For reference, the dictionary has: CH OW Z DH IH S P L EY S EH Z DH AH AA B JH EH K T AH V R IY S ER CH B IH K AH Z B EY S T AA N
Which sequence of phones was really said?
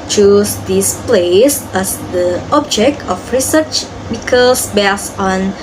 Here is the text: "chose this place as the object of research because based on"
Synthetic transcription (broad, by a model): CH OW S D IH S P L EY S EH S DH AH AA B JH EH K T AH F R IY S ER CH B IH K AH S B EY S AA N